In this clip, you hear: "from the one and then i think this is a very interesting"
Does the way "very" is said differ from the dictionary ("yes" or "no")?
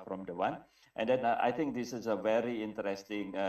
no